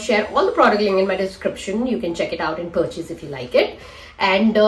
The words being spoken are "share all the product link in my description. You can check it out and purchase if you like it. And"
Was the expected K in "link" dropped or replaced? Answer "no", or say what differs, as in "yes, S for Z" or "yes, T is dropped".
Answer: yes, K is dropped